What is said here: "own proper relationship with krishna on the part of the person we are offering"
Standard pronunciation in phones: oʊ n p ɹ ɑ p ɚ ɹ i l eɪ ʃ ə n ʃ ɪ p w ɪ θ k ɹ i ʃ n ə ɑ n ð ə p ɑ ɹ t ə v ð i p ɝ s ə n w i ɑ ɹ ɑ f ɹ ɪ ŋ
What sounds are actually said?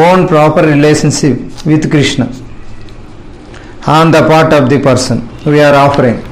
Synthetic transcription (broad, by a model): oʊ n p ɹ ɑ p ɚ ɹ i l eɪ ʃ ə n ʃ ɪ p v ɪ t k ɹ i ʃ n ə ɑ n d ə p ɑ ɹ t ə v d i p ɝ s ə n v i ɑ ɹ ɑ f ɹ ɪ ŋ